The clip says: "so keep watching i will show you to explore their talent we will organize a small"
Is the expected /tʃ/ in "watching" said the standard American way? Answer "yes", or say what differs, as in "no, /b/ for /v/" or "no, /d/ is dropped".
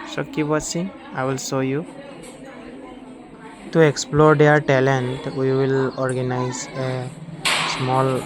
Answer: no, /s/ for /tʃ/